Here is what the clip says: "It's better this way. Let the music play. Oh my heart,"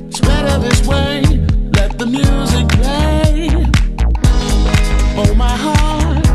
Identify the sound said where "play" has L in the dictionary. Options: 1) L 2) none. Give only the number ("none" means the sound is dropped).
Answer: 2